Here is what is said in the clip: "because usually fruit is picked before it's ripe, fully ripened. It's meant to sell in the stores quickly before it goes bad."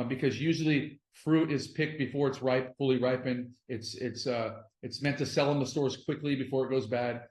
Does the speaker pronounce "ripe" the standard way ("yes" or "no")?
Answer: yes